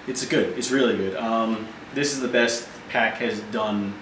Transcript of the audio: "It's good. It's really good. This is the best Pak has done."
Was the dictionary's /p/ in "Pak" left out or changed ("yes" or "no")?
no